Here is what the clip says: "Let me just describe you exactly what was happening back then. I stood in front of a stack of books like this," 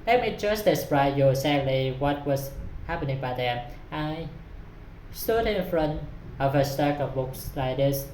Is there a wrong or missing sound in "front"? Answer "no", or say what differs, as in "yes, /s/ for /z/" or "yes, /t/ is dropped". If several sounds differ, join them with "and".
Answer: no